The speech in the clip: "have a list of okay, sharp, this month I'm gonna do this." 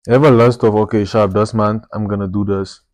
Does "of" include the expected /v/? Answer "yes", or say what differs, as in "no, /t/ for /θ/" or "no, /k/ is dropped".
no, /f/ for /v/